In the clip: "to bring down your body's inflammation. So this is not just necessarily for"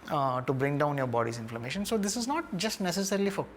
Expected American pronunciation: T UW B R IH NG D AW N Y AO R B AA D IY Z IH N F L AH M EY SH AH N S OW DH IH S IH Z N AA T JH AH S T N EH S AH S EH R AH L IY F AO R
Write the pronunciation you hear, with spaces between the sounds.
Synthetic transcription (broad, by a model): T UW B R IH NG D AW N Y AO R B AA D IY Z IH N F L AH M EY SH AH N S OW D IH S IH Z N AA T JH AH S T N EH S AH S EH R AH L IY F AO R